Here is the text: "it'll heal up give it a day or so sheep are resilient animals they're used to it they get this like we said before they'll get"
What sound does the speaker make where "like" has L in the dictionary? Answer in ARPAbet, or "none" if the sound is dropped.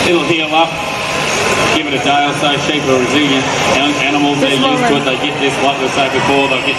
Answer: W